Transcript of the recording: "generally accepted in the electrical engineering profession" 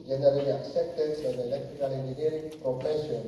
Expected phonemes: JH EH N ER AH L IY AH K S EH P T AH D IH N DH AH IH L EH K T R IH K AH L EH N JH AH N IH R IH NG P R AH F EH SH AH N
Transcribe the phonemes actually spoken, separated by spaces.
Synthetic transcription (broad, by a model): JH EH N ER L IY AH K S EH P T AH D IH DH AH IH L EH K T R IH K AH L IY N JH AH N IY IH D P R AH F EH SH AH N